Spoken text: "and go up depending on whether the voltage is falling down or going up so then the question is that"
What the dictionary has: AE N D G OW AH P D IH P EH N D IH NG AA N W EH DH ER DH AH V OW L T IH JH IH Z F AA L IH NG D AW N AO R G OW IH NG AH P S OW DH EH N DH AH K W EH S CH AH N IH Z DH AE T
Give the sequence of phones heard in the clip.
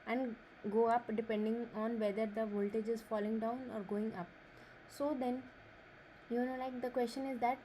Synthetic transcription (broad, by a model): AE N D G OW AH P D IH P EH N D IH NG AA N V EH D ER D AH V OW L T IH JH IH Z F AA L IH NG D AW N AO R G OW IH NG AH P S OW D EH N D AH K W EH S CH AH N IH Z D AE T